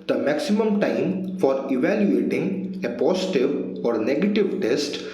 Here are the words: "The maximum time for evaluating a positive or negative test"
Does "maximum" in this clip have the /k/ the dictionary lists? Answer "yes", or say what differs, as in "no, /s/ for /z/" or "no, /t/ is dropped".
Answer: yes